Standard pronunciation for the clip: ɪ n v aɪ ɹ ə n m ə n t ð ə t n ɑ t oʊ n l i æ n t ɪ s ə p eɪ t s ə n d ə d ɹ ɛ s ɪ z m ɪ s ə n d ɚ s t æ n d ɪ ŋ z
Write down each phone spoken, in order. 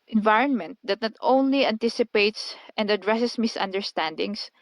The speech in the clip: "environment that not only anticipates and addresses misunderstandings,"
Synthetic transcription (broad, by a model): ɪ n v aɪ ɹ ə n m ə n t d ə t n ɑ t oʊ n l i æ n t ɪ s ə p eɪ t s ə n d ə d ɹ ɛ s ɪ s m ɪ s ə n d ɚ s t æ n d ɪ ŋ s